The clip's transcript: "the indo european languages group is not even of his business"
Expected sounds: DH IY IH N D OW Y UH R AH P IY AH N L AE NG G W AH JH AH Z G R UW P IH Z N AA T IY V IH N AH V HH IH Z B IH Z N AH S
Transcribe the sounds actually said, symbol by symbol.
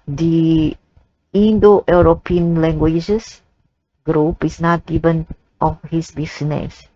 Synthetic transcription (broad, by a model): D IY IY N D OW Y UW R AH P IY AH N L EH NG G W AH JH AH S G R UW P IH S N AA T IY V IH N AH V HH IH S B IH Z N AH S